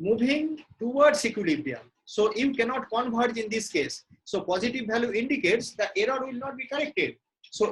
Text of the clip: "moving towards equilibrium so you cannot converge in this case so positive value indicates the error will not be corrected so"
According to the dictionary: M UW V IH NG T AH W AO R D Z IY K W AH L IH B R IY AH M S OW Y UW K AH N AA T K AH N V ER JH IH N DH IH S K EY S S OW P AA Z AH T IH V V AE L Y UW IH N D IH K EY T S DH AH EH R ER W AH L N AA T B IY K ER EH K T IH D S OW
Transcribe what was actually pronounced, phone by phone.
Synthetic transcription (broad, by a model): M UW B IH NG T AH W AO R D S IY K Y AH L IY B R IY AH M S OW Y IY K AH N AA T K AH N B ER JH IH N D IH S K EY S S OW P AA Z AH T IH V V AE L Y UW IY N D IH K EY T S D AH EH R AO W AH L N AA T B IY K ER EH K T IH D S OW